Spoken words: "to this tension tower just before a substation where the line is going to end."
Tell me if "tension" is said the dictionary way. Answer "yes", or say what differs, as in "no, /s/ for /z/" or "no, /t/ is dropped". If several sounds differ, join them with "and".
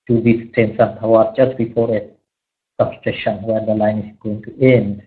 no, /s/ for /ʃ/